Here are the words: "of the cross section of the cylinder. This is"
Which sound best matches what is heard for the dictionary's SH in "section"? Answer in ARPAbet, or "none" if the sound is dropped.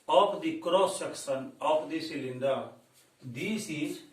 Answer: S